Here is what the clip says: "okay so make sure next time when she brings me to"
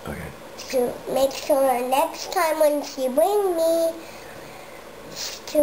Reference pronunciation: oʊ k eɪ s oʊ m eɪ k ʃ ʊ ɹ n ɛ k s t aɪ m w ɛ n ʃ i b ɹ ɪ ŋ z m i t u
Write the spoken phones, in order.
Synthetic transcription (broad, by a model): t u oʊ m eɪ k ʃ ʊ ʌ n ɛ k s t aɪ m w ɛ n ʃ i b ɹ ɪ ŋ m i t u